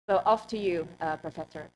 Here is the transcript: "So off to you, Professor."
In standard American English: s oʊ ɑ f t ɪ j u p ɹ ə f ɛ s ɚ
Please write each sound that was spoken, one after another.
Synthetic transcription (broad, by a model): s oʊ ɑ f t ɪ j u p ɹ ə f ɛ s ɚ